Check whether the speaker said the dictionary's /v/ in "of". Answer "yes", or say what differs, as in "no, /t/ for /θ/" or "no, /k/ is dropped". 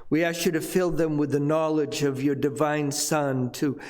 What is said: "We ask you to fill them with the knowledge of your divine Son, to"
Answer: yes